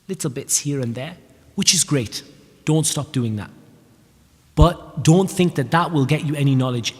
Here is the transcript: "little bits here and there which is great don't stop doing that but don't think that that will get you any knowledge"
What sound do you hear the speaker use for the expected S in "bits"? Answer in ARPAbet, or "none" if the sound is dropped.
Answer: S